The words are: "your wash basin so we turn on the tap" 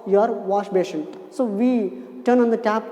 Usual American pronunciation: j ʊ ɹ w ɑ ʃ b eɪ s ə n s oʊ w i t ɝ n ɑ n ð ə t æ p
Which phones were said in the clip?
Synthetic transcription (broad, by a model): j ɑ ɹ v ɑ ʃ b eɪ ʃ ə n s oʊ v i t ɝ n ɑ n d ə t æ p